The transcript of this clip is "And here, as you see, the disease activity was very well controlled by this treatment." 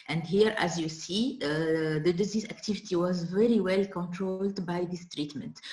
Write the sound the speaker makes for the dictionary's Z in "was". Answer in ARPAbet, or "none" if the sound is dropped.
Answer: Z